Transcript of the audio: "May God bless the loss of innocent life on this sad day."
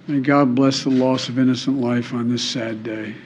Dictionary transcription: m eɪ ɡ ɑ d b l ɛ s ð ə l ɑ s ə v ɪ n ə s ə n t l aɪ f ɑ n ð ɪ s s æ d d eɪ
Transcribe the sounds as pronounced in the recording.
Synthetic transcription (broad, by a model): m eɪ ɡ ɑ d b l ɛ s ð ə l ɑ s ə v ɪ n ə s ə n t l aɪ f n ð ɪ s s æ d d eɪ